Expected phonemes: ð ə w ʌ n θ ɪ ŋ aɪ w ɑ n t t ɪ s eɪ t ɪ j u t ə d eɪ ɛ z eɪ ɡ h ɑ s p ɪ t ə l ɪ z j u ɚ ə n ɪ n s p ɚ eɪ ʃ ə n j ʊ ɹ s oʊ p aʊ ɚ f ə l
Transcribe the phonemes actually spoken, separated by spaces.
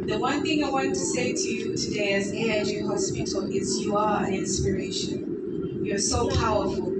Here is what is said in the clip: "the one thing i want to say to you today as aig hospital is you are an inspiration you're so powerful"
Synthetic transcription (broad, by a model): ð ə w ʌ n θ ɪ ŋ aɪ w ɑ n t t ɪ s eɪ t ɪ j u t ə d eɪ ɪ z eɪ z h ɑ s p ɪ t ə l ɪ z j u ɚ ə n ɪ n s p ɚ eɪ ʃ ə n j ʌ ɹ s oʊ p aʊ ɚ f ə l